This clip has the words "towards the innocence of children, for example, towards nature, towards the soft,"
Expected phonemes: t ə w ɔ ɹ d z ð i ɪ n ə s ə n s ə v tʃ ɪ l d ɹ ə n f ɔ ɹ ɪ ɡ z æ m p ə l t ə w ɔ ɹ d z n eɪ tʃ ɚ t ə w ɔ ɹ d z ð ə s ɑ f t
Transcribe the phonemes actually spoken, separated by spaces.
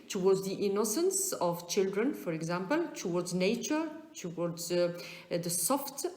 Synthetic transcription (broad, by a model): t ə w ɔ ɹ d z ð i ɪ n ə s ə n s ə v tʃ ɪ l d ɹ ə n f ɔ ɹ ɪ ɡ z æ m p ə l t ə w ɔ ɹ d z n eɪ tʃ ɚ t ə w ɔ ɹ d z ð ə s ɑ f t